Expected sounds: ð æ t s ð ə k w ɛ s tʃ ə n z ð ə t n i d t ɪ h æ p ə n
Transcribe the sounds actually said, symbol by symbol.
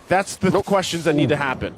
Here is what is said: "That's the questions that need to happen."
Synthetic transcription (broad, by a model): ð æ t s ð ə k w ɛ s tʃ ə n z ð ə t n i d t ɪ h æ p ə n